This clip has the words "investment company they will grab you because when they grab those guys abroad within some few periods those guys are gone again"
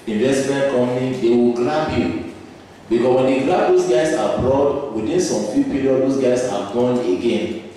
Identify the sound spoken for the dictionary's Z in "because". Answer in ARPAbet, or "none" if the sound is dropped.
S